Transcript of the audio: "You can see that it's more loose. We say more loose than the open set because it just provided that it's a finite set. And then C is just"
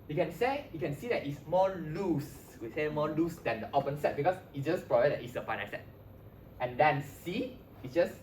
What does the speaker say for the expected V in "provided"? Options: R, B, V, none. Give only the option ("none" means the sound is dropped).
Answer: B